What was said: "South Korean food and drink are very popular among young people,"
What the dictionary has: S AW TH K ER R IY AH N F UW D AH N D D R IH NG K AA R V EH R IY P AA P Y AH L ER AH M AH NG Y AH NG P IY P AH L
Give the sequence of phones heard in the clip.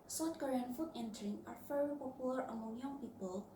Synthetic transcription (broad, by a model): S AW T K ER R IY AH N F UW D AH N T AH R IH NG AA R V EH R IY P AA P Y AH L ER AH M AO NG Y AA NG P IY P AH L